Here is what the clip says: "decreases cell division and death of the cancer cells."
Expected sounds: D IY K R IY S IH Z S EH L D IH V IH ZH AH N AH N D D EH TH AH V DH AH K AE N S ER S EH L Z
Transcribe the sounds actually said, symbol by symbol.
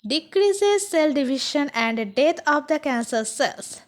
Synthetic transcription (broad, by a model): D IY K R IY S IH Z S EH L D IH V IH SH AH N AH N D D EH T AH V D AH K AE N S ER S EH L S